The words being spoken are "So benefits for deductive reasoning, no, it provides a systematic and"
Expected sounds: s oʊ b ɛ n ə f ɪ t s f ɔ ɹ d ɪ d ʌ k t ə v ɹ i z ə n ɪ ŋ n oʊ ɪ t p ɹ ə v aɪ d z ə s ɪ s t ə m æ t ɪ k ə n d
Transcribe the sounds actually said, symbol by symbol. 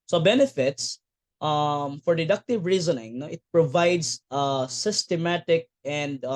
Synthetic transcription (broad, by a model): s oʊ b ɛ n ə f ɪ t s f ɔ ɹ d ɪ d ʌ k t ə v ɹ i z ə n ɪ ŋ n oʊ ɪ t p ɹ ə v aɪ d s ə s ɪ s t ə m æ t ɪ k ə n d